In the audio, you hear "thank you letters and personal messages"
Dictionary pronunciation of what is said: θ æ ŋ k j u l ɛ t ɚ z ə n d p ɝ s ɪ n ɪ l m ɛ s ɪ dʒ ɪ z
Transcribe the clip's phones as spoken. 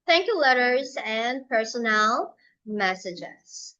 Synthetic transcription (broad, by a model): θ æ ŋ k j u l ɛ t ɚ z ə n p ɝ s ɪ n ɪ l m ɛ s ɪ dʒ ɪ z